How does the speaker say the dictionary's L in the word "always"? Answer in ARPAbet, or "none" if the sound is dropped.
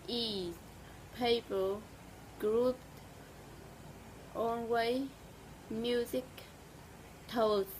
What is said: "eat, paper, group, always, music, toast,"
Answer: N